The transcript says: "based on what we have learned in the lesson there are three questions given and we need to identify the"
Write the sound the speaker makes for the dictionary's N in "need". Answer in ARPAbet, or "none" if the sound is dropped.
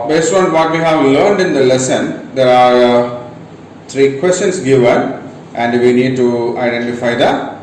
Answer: N